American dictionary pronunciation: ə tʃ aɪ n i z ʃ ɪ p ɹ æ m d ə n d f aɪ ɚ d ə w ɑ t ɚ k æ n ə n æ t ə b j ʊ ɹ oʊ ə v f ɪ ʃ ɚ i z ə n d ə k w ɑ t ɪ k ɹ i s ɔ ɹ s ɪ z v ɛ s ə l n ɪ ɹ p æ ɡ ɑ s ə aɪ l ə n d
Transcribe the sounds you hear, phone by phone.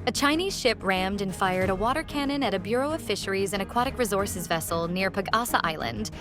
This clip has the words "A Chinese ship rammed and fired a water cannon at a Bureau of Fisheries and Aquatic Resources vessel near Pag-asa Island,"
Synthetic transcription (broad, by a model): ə tʃ aɪ n i z ʃ ɪ p ɹ æ m d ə n f aɪ ɚ d ə w ɑ t ɚ k æ n ə n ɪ t ə b j ʊ ɹ oʊ ə v f ɪ ʃ ɚ i z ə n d ə k w ɑ t ɪ k ɹ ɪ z ɔ ɹ s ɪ z v ɛ s l n ɪ ɹ p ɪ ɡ ɑ s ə aɪ l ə n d